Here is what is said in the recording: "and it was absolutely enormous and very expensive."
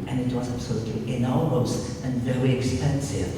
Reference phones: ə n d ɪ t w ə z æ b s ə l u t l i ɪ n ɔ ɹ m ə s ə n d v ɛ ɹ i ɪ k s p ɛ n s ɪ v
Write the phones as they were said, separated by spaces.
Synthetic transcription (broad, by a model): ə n ɪ t w ə z æ b s ə l u t l i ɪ n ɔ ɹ ə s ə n v ɛ ɹ i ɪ k s p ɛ n s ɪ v